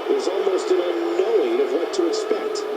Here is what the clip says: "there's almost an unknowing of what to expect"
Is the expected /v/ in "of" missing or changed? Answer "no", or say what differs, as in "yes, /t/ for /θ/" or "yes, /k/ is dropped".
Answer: no